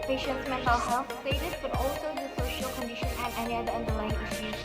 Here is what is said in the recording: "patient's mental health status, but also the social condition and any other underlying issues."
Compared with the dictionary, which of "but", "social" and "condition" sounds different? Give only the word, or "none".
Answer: none